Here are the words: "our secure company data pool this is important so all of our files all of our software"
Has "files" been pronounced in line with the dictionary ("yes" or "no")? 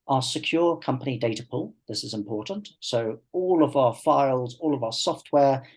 yes